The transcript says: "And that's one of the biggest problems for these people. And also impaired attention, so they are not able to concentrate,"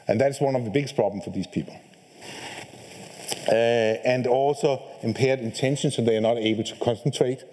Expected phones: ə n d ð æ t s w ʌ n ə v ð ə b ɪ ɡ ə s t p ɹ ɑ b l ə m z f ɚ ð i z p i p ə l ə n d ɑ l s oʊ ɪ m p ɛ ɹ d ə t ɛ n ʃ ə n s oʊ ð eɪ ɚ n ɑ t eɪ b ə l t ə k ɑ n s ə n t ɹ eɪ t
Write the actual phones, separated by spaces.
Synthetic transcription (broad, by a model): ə n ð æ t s w ʌ n ə v ð ə b ɪ ɡ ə s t p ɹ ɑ b l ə m f ɚ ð i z p i p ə l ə n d ɑ l s oʊ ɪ m p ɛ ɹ d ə t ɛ n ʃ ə n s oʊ ð eɪ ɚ n ɑ t eɪ b ə l t ə k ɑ n s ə n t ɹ eɪ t